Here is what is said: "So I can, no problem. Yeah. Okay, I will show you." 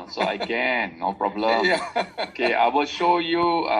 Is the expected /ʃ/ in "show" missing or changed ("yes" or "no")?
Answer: no